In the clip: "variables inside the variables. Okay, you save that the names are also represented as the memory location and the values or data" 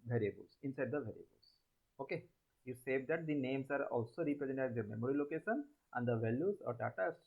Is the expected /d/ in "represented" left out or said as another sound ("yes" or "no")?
yes